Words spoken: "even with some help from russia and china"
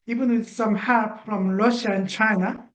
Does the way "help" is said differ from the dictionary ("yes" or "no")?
yes